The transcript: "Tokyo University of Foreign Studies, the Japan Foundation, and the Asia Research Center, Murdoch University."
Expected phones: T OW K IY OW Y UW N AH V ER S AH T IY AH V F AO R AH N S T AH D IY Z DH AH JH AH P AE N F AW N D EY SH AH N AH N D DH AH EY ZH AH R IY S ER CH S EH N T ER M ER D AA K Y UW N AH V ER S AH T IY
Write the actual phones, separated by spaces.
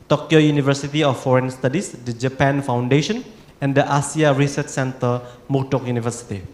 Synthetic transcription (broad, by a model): T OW K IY OW Y UW N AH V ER S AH T IY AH F AO R AH N S T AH D IY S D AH JH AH P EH N F AW N D EY SH AH N AH N D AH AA S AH R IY S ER CH S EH N T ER M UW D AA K Y UW N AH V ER S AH T IY